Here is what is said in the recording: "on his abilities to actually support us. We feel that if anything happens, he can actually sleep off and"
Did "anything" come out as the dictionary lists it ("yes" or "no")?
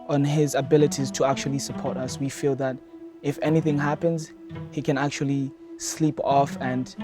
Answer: yes